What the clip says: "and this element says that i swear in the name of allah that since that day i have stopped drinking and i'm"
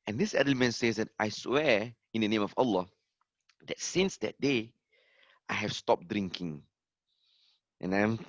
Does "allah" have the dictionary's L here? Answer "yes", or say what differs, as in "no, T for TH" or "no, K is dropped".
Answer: yes